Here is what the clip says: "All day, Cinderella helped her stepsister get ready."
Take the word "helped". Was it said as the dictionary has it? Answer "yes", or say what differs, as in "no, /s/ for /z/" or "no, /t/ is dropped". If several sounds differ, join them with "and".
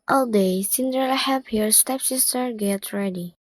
no, /l/ is dropped